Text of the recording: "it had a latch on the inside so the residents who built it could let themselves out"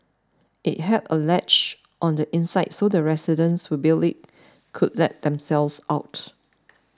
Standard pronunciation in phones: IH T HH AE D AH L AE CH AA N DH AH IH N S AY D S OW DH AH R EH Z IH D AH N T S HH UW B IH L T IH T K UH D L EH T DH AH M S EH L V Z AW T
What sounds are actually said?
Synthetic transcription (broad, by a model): IH T HH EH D AH L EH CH AA N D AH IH N S AY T S OW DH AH R EH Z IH D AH N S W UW B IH L IH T K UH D L EH T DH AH M S EH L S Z AW T